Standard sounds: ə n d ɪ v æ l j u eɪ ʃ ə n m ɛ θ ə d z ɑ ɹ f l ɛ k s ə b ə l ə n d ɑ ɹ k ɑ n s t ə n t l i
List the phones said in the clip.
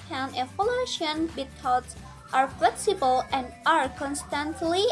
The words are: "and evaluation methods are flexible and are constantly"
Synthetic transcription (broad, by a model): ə n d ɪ f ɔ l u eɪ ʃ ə n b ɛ t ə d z ɑ ɹ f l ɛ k s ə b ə l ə n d ɑ ɹ k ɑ n s t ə n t l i